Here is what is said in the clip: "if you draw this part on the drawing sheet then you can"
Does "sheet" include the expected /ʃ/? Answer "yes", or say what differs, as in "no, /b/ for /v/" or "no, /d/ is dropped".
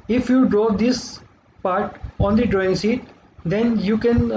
no, /s/ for /ʃ/